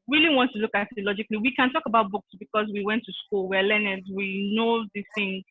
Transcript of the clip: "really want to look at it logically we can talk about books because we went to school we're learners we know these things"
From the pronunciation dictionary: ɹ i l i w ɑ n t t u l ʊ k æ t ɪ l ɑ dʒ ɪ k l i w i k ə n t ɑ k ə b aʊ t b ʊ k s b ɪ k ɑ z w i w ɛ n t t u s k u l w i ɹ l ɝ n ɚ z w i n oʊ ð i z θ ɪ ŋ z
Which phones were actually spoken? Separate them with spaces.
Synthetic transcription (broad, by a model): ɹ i l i w ɑ n t t u l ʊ k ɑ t ɪ l ɑ dʒ ɪ k l i w i k ə n t ɑ k ə b aʊ t b ʊ k s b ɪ k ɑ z w i w ɛ n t t u s k u l w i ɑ l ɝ n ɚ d w i n oʊ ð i θ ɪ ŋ